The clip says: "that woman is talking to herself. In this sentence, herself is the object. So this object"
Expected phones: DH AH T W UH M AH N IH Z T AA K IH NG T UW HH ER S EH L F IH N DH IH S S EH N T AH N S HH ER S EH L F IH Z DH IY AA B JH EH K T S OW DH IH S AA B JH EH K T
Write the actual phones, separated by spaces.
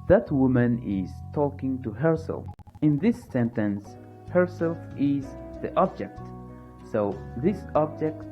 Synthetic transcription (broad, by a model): DH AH T W UH M AH N IH Z T AA K IH NG T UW HH ER S EH L F IH N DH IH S S EH N T AH N S HH ER S EH L F IH Z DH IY AA B JH EH K T S OW DH IH S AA B JH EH K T